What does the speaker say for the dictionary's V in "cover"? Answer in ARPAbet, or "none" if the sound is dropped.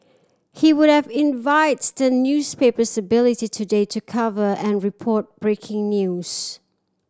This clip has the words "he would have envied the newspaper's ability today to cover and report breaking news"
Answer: V